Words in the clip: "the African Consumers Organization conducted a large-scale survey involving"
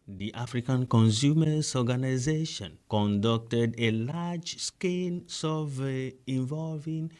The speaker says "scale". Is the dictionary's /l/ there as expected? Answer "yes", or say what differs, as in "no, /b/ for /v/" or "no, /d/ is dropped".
no, /n/ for /l/